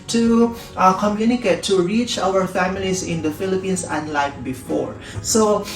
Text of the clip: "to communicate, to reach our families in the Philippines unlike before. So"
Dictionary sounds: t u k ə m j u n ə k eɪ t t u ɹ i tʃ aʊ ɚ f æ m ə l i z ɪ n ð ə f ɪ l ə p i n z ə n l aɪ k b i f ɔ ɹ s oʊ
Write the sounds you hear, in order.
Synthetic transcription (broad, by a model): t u k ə m j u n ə k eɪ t t u ɹ i tʃ aʊ ɚ f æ m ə l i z ɪ n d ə f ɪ l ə p i n s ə n l aɪ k b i f ɔ ɹ s oʊ